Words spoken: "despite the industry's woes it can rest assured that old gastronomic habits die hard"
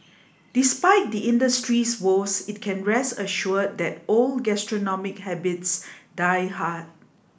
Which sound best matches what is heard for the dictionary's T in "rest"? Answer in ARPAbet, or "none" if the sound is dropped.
none